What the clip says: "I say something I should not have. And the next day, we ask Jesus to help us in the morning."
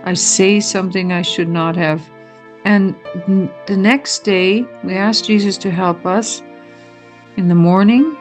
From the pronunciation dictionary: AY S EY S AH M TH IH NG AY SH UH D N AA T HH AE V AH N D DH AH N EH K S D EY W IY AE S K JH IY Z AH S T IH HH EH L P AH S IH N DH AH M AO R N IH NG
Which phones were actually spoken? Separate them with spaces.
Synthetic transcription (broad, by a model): AY S EY S AH M TH IH NG AY SH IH D N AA T HH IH V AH N DH AH N EH K S D EY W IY AE S K JH IY Z AH S T IH HH EH L P AH S IH N DH AH M AO R N IH NG